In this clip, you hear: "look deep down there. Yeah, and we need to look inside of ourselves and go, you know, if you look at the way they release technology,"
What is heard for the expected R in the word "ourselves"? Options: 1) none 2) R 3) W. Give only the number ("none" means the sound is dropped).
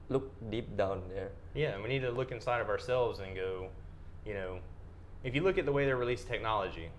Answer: 2